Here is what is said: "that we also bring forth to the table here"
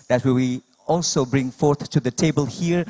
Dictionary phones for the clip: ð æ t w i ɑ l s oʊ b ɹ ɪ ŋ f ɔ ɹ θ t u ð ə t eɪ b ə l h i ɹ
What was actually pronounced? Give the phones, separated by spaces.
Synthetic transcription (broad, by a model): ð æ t w i ɑ l s oʊ b ɹ ɪ ŋ f ɔ ɹ θ t u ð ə t eɪ b ə l h i ɹ